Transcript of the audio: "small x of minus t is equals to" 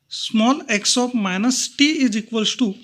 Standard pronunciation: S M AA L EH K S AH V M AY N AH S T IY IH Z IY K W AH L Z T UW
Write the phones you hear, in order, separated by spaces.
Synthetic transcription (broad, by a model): S M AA L EH K S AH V M AY N AH S T IY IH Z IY K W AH L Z T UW